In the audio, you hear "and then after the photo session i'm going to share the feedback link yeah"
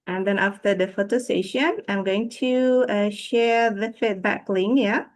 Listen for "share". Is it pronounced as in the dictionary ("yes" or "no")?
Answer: yes